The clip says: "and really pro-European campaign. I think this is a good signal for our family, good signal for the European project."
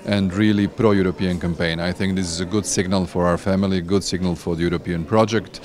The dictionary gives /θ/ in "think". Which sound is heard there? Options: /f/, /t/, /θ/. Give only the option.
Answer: /θ/